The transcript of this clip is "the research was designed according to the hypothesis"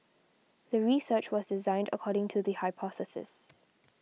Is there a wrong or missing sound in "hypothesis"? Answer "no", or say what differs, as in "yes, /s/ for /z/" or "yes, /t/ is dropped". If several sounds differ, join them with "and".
no